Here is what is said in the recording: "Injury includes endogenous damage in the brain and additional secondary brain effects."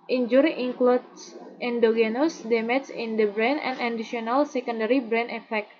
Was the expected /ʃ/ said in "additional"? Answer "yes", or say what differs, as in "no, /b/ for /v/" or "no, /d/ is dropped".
no, /ʃ/ is dropped